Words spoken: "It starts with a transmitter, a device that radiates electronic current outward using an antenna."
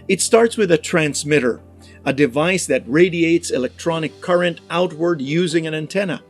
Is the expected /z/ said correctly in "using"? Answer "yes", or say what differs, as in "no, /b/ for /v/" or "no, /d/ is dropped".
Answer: yes